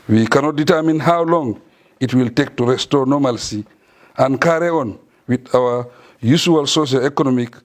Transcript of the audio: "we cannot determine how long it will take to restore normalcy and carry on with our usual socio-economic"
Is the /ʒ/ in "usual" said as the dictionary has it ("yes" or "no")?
no